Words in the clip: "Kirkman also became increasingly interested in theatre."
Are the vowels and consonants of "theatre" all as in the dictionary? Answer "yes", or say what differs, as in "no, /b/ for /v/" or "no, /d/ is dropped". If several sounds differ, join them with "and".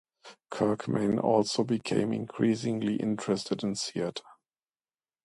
no, /s/ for /θ/